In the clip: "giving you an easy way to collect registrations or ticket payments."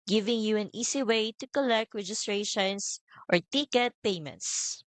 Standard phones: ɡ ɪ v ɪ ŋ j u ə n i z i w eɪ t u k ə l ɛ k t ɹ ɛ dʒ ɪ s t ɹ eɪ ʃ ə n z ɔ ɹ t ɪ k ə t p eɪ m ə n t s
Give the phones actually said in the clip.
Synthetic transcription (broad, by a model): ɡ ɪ v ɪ ŋ j u ə n i s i w eɪ t u k ə l ɛ k t ɹ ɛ dʒ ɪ s t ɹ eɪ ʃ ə n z ɔ ɹ t ɪ k ə t p eɪ m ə n t s